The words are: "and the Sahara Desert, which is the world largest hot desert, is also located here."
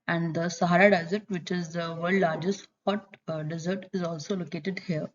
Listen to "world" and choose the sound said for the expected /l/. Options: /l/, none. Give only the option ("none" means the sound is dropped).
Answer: none